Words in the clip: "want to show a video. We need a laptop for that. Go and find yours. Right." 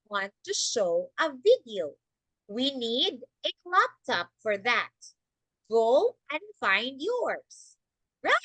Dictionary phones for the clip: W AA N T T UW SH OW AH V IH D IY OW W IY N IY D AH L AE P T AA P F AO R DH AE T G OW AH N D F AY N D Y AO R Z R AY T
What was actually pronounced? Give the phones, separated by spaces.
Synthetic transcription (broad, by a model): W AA N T T UW SH OW AH V IH D IY OW W IY N IY D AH L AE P T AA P F AO R DH AE T G OW AH N D F AY N D Y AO R S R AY